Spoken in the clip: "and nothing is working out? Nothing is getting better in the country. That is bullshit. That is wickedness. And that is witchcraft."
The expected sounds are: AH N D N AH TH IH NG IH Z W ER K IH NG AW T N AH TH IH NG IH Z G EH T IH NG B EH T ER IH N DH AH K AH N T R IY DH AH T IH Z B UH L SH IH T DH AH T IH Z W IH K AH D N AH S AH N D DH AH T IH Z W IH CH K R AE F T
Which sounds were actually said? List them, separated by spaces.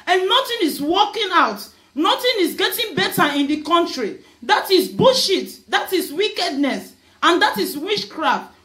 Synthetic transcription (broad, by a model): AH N N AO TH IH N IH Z W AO K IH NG AW T N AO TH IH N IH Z G EH T IH NG B EH T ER IH N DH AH K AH N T R IY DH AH T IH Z B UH SH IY T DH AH T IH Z W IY K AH D N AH S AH N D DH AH T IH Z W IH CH K R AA F T